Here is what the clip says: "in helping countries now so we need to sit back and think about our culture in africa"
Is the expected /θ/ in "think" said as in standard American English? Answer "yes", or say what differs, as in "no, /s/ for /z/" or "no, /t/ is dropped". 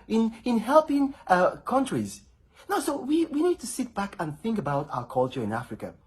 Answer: yes